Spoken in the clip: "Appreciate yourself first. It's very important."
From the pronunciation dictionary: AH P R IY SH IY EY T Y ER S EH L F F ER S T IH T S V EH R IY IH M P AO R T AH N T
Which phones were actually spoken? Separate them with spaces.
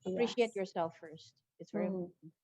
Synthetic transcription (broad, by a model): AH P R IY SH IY EY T Y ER S EH L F F ER S T IH T S V EH R IY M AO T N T